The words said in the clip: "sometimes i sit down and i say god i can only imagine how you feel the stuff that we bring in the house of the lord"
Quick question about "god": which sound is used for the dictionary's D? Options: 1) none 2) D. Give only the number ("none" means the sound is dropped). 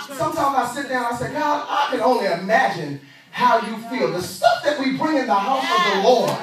1